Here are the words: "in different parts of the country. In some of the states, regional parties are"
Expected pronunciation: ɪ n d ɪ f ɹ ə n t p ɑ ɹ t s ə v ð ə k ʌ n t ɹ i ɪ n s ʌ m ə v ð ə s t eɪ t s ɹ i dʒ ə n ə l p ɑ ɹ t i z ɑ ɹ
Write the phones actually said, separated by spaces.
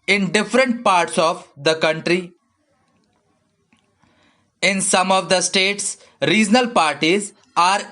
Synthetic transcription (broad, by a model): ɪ n d ɪ f ɹ ə n t p ɑ ɹ t s ə v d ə k ʌ n t ɹ i ɪ n s ʌ m ə v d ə s t eɪ t s ɹ i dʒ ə n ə l p ɑ ɹ t i z ɑ ɹ